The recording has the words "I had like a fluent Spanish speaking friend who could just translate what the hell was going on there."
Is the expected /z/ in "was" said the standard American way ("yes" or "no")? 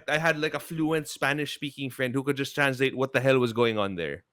yes